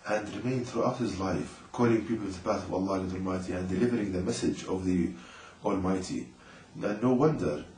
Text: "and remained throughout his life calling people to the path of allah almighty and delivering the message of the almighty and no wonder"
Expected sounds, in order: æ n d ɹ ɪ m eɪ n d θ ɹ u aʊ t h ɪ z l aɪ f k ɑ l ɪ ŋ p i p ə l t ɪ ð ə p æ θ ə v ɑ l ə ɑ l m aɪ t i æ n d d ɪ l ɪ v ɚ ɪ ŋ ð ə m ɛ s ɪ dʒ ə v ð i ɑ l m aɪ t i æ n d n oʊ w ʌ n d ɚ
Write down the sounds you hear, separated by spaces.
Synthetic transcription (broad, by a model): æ n d ɹ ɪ m eɪ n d θ ɹ u aʊ t h ɪ z l aɪ f k ɑ l ɪ ŋ p i p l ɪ ð ə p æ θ ə v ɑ l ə ɑ l m aɪ t i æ n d d ɪ l ɪ v ɚ ɪ ŋ ð ə m ɛ s ɪ dʒ ə v ð i ɑ l m aɪ t i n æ n oʊ w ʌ n d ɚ